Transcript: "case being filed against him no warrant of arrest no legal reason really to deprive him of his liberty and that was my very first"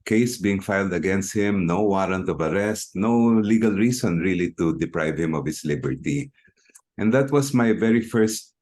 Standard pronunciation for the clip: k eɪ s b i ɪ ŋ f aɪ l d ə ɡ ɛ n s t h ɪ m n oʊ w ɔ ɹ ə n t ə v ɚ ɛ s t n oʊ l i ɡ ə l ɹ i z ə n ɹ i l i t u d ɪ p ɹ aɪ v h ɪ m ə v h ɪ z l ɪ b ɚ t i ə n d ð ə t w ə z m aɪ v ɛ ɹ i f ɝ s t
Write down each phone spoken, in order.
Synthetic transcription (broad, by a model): k eɪ s b i ɪ ŋ f aɪ l d ə ɡ ɛ n s t h ɪ m n oʊ w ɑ ɹ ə n t ə v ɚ ɛ s t n oʊ l i ɡ ə l ɹ i s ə n ɹ i l i t u d ɪ p ɹ aɪ v h ɪ m ə v h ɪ s l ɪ b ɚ t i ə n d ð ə t w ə s m aɪ v ɛ ɹ i f ɝ s t